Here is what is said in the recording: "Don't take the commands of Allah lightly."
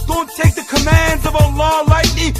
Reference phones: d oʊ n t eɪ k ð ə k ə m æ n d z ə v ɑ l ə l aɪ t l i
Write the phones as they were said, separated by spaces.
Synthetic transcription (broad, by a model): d oʊ n t eɪ k ð ə k ə m æ n d z ə v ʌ l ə l aɪ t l i